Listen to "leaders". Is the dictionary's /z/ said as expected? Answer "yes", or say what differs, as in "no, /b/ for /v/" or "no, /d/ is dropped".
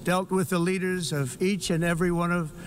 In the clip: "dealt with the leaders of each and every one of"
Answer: yes